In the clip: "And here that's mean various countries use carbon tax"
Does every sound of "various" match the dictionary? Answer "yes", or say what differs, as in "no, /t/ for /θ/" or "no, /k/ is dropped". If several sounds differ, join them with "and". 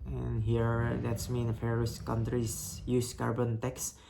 no, /f/ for /v/